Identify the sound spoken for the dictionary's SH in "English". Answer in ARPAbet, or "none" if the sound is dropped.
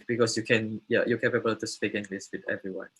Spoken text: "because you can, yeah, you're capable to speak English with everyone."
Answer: S